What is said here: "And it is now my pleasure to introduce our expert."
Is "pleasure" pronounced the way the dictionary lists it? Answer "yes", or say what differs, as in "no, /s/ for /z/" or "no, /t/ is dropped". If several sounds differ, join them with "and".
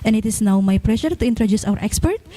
no, /ʃ/ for /ʒ/